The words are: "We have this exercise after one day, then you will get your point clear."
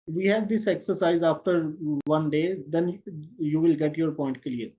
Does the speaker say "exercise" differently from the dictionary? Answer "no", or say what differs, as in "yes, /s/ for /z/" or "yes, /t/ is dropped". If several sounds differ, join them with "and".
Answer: no